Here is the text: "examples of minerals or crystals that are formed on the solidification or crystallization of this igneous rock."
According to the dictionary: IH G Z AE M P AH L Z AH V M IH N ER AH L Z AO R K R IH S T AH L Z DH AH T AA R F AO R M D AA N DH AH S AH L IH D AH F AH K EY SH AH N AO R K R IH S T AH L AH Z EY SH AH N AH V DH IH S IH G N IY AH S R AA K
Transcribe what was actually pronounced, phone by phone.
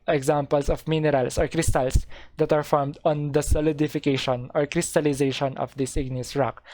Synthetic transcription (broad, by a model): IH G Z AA M P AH L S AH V M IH N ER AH L S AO R K R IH S T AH L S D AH T AA R F AO R M D AA N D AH S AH L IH D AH F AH K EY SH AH N AO R K R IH S T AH L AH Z EY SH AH N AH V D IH S IH G N IY AH S R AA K